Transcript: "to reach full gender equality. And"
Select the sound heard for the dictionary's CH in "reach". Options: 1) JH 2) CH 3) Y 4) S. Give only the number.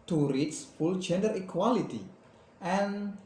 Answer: 4